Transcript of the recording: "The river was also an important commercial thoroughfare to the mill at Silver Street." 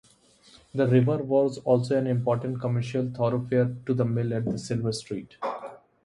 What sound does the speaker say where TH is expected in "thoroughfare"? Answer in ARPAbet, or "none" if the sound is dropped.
T